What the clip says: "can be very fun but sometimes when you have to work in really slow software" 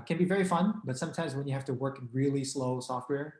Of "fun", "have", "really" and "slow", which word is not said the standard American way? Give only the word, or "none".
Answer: have